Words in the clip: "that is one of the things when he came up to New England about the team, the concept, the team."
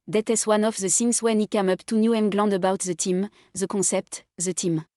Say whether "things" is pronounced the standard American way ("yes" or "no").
no